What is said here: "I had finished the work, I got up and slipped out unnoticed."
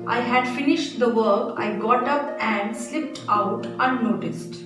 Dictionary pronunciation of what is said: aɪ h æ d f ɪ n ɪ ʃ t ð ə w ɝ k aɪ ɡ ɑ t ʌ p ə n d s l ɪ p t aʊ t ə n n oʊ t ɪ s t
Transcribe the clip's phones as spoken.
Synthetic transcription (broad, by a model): aɪ h æ d f ɪ n ɪ ʃ t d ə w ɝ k aɪ ɡ ɑ t ʌ p ə n d s l ɪ p t aʊ t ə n n oʊ t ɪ s t